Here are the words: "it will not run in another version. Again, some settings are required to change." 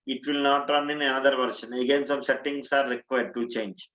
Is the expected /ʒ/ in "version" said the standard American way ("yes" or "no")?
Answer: no